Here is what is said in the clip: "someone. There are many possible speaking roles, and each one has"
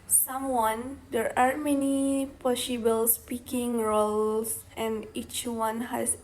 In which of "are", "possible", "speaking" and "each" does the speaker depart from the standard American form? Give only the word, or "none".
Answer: none